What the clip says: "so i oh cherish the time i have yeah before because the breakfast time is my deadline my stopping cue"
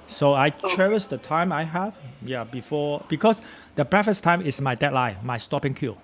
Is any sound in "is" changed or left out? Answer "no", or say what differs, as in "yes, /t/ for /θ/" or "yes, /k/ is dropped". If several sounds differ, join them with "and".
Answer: yes, /s/ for /z/